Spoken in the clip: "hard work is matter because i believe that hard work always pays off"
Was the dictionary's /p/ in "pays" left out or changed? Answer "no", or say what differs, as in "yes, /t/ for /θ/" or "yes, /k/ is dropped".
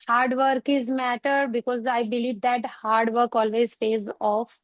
yes, /f/ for /p/